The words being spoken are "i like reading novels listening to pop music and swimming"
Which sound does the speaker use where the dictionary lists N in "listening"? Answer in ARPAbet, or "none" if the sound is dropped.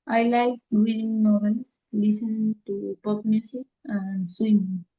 none